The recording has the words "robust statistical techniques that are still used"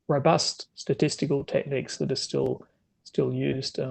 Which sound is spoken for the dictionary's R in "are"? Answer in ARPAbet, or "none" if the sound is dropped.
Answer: L